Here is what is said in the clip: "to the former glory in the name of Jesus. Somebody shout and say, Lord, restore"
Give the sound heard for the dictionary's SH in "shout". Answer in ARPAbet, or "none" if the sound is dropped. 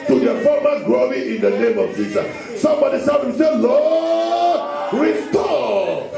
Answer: S